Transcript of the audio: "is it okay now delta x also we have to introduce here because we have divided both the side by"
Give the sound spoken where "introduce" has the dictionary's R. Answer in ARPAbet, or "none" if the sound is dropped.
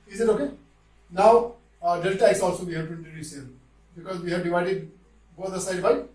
none